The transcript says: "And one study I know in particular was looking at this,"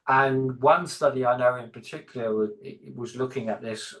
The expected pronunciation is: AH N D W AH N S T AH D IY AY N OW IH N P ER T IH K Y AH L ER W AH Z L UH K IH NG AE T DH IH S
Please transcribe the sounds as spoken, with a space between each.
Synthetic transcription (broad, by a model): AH N W AH N S T AH D IY AY N OW IH N P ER T IH K Y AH IH W AH Z L UH K IH NG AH T DH IH S